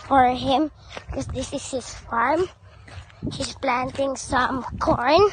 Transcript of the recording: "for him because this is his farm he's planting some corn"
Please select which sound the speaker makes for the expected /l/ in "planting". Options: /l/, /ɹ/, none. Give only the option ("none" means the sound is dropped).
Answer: /l/